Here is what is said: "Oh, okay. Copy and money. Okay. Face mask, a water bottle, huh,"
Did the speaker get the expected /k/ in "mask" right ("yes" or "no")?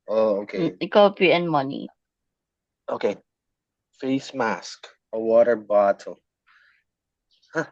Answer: yes